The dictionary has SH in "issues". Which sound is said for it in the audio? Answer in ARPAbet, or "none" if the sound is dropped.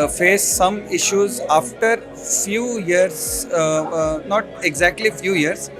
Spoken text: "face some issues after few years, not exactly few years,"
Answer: SH